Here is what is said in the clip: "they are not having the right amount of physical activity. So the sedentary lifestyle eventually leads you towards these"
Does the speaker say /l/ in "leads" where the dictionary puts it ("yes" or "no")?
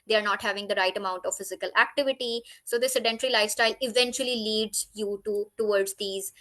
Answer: yes